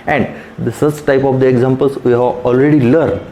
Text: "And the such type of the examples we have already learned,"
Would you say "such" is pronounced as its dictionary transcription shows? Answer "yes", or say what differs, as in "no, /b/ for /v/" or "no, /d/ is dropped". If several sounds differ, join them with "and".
no, /s/ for /tʃ/